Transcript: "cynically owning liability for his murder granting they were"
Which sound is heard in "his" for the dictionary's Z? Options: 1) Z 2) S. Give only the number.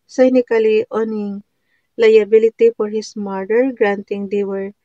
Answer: 2